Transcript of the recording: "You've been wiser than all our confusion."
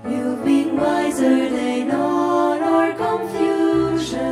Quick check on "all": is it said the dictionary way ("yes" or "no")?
no